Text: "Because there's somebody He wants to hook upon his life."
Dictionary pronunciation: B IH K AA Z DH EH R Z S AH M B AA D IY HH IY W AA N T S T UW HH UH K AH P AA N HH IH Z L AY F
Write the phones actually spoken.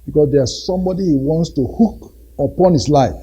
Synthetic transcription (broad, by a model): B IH K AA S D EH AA S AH M B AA D IY HH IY W AA N T S T UW HH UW K AH P AA N HH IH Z L AY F